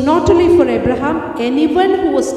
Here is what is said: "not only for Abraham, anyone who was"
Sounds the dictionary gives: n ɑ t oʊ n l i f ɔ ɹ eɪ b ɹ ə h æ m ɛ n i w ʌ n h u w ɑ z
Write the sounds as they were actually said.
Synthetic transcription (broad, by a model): n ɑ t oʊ l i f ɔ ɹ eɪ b ɹ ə h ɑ m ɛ n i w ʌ n h u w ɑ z